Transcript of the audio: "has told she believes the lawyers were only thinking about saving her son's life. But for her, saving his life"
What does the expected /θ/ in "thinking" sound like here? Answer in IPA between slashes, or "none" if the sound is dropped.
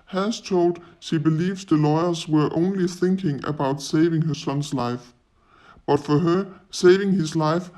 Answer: /θ/